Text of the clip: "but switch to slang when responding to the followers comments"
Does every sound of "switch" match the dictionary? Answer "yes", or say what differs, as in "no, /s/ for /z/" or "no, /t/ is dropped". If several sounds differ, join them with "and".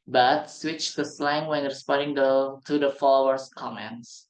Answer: yes